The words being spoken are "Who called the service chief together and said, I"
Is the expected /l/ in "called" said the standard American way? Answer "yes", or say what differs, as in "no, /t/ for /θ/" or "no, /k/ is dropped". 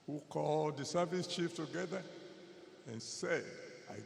yes